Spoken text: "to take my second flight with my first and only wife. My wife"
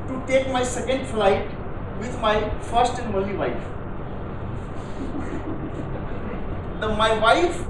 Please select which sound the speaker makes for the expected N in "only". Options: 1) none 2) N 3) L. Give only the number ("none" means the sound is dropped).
1